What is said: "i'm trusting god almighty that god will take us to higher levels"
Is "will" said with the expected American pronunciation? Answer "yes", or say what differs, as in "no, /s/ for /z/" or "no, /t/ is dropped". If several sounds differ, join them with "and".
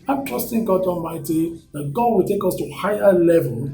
yes